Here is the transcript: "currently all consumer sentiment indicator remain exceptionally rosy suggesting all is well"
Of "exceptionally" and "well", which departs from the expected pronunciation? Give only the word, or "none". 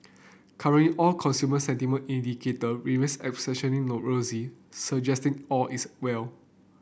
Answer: exceptionally